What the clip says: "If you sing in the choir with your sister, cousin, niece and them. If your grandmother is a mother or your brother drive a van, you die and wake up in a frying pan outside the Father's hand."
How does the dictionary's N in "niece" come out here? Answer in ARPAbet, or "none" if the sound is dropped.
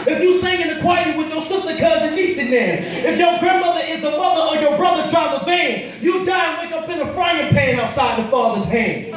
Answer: L